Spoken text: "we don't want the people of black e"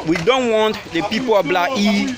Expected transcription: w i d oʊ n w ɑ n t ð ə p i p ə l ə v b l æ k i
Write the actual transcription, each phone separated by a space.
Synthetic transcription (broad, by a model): w i d oʊ n w ɑ n t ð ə p i p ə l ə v b l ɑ i